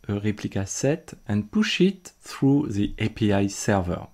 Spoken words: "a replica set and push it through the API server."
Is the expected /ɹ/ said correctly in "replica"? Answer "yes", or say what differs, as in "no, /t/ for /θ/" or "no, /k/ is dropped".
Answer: yes